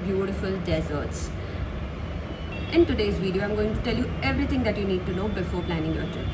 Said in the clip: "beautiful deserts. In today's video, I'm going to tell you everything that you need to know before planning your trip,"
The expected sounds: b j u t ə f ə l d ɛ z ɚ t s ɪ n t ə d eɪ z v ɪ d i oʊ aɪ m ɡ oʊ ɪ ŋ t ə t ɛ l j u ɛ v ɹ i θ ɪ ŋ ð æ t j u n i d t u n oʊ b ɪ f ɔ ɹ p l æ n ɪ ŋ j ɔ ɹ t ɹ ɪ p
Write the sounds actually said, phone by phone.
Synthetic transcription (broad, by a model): b j u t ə f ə l d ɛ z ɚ t s ɪ n t ə d eɪ z v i d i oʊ aɪ m ɡ oʊ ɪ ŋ t ə t ɛ l j u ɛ v ɹ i t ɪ ŋ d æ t j u n i d t u n oʊ b ɪ f ɔ ɹ p l æ n ɪ ŋ j ɔ ɹ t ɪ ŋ